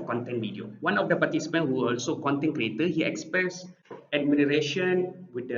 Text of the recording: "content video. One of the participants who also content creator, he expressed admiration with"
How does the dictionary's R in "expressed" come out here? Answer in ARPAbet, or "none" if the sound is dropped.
none